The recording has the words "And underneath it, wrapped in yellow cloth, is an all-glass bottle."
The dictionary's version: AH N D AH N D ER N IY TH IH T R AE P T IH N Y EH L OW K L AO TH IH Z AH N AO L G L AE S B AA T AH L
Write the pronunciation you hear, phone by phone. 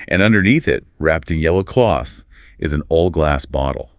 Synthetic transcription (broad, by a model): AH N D AH N D ER N IY TH IH T R AE P T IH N Y EH L OW K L AO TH IH Z N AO L G L AE S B AA T L